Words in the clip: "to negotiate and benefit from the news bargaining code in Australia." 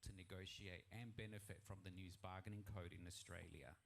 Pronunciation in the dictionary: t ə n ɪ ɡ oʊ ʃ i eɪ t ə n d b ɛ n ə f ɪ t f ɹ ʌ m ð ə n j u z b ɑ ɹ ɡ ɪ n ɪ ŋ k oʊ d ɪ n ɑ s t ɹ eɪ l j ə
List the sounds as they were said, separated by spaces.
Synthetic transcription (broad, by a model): t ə n ɪ ɡ oʊ ʃ i eɪ t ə n b ɛ n ə f ɪ t f ɹ ʌ m ð ə n j u z b ɑ ɡ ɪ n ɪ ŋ k oʊ d ɪ n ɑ s t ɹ eɪ l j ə